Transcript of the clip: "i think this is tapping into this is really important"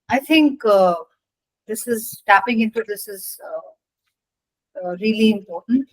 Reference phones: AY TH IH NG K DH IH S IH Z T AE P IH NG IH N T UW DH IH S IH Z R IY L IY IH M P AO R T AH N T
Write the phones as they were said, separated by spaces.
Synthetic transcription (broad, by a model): AY T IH NG K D IH S IH Z T AE P IH NG IH N T UW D IH S IH Z R IY L IY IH M P AO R T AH N T